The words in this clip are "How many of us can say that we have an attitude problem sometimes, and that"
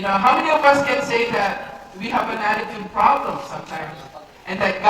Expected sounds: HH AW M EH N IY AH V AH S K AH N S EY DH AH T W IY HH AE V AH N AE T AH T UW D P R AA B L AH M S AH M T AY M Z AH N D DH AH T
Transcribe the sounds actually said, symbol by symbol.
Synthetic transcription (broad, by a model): HH AW M EH N IY AH V AH S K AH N S EY DH AH T W IY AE V AH N AE T AH T UW D P R AA B L AH M S AH M T AY M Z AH N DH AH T